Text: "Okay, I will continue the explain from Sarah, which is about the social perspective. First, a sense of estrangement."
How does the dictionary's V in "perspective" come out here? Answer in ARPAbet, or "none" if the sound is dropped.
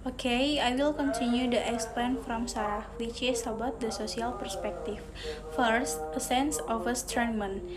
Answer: F